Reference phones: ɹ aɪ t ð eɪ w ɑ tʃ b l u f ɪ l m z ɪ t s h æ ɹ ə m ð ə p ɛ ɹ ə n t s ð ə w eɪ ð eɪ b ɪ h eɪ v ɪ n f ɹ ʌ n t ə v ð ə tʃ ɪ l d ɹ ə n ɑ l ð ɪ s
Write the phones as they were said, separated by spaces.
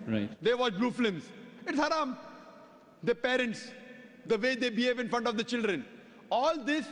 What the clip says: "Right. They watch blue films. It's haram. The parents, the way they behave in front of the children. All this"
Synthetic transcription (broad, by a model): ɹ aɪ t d eɪ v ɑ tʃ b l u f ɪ m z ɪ t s h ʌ ɹ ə m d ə p ɛ ɹ ə n t s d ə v eɪ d eɪ b ɪ h eɪ v ɪ n f ɹ ʌ n t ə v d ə tʃ ɪ l d ɹ ə n ɑ l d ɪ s